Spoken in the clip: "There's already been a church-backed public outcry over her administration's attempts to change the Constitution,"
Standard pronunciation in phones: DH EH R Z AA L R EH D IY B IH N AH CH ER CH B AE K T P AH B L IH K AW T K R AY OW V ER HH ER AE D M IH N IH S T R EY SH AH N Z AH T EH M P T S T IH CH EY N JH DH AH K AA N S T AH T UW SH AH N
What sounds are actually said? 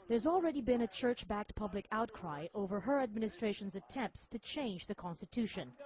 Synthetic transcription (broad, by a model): DH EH R Z AA L R EH D IY B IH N AH CH ER CH B AE K T P AH B L IH K AW T K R AY OW V ER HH ER AE D M IH N IH S T R EY SH AH N Z AH T EH M P T S T IH CH EY N JH DH AH K AA N S T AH T UW SH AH N